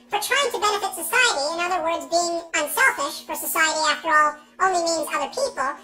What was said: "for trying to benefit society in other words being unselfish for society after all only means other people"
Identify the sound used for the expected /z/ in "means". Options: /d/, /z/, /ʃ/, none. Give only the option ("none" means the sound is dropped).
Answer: /z/